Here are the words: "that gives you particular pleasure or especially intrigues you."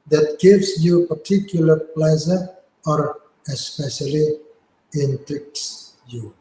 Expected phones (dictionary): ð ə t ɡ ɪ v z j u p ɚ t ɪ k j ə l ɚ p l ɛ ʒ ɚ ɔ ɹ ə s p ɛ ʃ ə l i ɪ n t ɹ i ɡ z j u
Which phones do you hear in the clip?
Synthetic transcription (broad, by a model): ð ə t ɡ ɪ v s j u p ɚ t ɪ k j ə l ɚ p l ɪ z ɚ ɔ ɹ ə s p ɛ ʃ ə l i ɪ n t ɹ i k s j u